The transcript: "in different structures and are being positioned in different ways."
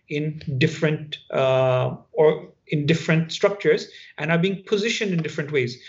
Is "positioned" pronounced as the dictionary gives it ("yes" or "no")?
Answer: yes